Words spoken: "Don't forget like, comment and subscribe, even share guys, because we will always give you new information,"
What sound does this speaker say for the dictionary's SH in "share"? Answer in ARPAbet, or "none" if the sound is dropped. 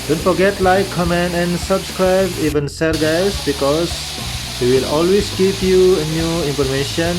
S